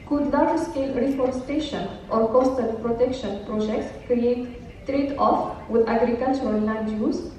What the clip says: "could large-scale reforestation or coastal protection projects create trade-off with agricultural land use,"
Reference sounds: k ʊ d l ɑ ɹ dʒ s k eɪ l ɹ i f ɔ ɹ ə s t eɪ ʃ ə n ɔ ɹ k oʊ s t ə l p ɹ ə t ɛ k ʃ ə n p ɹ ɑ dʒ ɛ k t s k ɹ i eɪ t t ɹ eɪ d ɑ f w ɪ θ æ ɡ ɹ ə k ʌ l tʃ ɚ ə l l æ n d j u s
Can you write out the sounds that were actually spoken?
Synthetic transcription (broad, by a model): k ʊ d n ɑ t s k eɪ l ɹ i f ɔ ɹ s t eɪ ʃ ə n ɔ ɹ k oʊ s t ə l p ɹ ə t ɛ k ʃ ə n p ɹ ɑ dʒ ɛ k t s k ɹ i eɪ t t ɹ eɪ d ɑ f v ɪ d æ ɡ ɹ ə k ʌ l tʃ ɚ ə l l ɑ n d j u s